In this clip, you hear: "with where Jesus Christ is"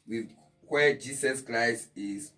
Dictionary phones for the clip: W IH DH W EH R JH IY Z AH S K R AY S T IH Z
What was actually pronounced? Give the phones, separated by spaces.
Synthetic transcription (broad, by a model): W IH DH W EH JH IY S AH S K R AY S T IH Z